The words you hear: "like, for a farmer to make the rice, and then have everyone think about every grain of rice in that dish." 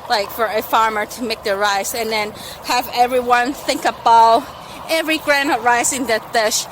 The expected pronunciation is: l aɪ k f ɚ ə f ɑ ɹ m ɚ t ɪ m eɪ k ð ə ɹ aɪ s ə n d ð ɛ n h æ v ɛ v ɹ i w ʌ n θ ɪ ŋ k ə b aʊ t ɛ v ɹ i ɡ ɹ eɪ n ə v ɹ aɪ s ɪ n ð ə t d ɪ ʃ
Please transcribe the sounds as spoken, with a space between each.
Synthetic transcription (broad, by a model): l aɪ k f ɚ ə f ɑ ɹ m ɚ t ɪ m eɪ k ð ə ɹ aɪ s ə n ð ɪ n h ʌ v ɛ v ɹ i w ʌ n θ ɪ ŋ k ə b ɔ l ɛ v ɹ i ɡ ɹ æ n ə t ɹ aɪ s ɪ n ð ə t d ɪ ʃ